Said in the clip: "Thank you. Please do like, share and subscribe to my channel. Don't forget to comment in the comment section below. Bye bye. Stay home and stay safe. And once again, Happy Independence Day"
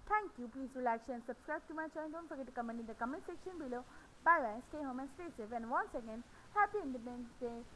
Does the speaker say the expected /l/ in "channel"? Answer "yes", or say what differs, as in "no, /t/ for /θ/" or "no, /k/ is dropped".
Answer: no, /n/ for /l/